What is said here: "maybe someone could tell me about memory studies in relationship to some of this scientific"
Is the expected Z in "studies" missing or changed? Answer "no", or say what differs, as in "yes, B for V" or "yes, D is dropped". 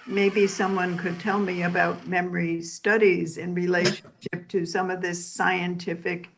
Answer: no